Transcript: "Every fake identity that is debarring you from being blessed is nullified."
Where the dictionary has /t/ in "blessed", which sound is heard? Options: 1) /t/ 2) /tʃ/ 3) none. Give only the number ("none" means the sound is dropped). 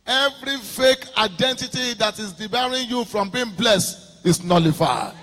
1